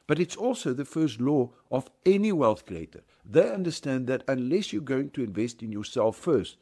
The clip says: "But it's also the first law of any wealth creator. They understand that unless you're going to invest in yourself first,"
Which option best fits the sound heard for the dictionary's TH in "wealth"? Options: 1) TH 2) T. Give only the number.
1